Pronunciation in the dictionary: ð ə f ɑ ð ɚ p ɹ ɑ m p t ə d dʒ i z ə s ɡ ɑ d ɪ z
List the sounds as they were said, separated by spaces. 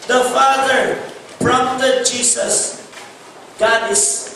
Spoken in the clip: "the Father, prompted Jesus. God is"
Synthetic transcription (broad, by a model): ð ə f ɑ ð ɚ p ɹ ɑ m t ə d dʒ i s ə s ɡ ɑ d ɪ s